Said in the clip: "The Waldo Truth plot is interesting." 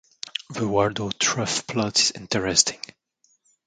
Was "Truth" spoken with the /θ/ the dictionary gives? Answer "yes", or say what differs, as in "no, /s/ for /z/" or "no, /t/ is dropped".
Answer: no, /f/ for /θ/